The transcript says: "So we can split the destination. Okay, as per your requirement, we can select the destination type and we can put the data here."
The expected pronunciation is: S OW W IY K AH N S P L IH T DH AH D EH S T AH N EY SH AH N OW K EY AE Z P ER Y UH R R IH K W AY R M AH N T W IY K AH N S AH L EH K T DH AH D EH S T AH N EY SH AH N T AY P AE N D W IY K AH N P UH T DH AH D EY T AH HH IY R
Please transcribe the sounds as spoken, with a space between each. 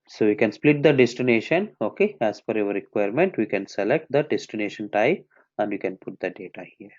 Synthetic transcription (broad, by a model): S OW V IY K AH N S P L IH T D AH D EH S T AH N EY SH AH N OW K EY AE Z F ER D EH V R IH K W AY R M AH N T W IY K AH N S AH L EH K T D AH D EH S T AH N EY SH AH N T AY AE N D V IY K AH N P UH T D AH D EY T AH HH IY R